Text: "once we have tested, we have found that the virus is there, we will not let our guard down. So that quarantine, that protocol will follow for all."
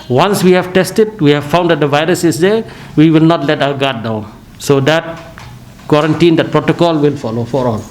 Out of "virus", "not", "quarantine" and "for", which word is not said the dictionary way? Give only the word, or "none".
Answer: none